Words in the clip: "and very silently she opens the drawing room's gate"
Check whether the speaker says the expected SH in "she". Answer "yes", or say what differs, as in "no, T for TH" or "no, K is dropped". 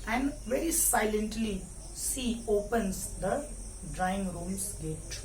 no, S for SH